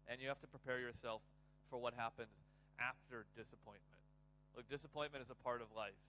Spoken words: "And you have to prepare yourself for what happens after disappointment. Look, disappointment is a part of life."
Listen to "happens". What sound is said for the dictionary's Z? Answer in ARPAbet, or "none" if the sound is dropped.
Z